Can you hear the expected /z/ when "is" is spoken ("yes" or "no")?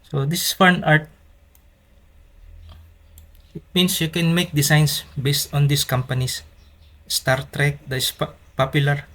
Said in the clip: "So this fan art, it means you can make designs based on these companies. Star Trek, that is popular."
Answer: no